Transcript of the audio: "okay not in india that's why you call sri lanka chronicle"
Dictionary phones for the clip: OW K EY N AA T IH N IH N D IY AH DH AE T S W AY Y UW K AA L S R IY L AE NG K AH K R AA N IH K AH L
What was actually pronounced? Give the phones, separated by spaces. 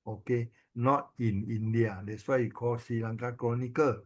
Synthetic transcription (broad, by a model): OW K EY N AA T IH N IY N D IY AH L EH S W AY K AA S IY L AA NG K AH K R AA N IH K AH